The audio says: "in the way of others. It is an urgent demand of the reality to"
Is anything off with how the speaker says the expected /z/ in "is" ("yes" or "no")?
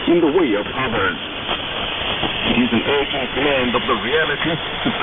no